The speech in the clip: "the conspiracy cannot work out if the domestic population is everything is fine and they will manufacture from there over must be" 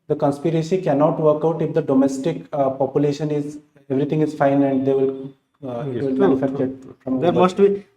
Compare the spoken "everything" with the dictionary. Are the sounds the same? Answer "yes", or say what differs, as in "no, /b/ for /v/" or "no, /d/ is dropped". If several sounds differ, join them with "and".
no, /t/ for /θ/